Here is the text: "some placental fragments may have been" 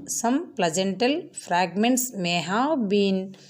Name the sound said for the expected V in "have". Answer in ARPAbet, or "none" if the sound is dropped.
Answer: W